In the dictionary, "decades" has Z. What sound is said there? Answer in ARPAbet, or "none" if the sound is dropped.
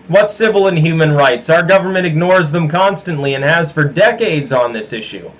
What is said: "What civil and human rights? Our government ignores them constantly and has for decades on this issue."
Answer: Z